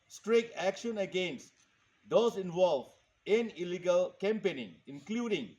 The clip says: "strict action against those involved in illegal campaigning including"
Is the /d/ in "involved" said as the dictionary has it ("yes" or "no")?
no